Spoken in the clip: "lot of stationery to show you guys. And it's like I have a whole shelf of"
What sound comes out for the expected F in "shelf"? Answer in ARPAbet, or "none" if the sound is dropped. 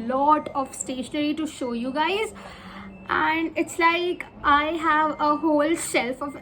F